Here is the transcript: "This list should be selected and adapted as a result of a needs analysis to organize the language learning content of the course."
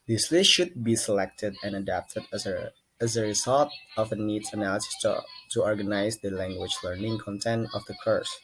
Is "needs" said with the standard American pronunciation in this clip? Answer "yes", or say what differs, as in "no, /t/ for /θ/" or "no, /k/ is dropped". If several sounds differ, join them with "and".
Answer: no, /z/ is dropped